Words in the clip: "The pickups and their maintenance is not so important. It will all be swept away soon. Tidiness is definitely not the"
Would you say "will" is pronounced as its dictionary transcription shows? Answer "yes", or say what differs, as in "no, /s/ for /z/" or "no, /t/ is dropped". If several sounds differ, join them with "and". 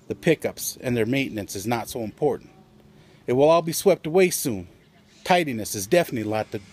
yes